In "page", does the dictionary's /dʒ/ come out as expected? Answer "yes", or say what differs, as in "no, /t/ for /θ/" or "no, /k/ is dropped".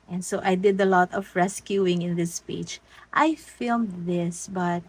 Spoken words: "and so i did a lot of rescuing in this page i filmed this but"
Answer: no, /tʃ/ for /dʒ/